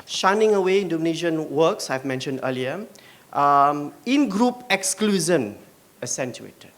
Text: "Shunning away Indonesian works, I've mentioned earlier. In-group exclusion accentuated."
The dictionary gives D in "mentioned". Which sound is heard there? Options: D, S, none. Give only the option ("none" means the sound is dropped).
D